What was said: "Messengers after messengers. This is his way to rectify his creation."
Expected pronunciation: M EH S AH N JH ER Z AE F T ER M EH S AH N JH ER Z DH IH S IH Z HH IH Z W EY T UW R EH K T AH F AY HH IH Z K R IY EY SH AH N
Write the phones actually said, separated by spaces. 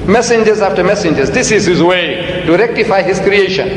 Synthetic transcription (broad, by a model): M EH S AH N JH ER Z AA F T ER M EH S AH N JH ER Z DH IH S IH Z HH IH Z W EY T UW R EH K T AH F AY HH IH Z K R IY EY SH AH N